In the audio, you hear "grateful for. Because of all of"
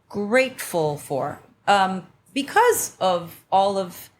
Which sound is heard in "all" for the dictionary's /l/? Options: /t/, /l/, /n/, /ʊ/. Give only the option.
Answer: /l/